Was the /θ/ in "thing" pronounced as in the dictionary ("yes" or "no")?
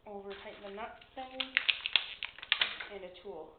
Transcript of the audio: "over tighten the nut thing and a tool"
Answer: no